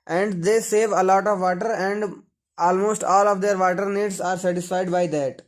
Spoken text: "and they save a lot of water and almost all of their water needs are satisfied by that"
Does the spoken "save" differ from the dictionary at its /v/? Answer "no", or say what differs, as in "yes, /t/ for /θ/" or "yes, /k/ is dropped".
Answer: no